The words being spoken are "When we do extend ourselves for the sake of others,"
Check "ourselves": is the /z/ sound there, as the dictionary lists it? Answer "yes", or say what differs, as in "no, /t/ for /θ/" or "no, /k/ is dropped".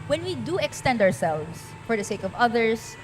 no, /s/ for /z/